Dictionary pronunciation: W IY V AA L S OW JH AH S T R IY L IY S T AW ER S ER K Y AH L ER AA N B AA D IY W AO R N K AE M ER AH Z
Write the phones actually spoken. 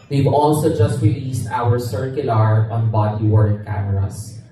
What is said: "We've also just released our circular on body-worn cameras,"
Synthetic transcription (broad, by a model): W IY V AA L S OW JH AH S T R IY L IY S T AW ER S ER K Y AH L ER AA N B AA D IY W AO R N K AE M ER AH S